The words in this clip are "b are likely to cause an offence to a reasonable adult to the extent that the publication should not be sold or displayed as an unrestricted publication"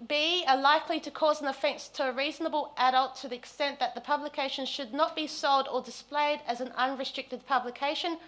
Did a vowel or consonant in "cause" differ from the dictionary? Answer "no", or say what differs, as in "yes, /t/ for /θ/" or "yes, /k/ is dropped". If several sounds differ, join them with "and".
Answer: no